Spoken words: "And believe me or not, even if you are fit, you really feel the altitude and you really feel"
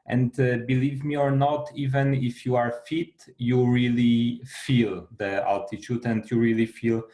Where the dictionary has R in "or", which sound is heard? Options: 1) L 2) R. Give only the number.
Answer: 2